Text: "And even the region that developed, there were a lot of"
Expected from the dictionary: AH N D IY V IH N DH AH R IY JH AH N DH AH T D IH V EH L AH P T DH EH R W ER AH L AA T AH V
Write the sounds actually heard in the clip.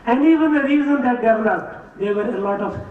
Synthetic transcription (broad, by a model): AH N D IY V IH N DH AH R IY Z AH N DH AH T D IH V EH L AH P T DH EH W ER AH L AA T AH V